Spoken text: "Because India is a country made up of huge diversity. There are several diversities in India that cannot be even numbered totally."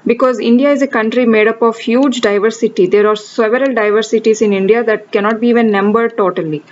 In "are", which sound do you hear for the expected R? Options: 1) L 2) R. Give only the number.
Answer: 2